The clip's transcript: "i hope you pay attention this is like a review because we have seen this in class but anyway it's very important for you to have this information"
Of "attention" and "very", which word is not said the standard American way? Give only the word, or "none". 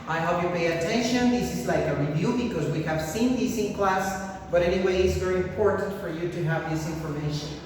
none